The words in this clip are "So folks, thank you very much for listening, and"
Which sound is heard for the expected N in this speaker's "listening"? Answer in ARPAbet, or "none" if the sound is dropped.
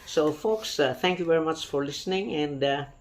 N